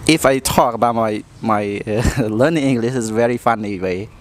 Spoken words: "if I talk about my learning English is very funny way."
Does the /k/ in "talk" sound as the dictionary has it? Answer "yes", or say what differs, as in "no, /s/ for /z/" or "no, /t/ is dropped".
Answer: yes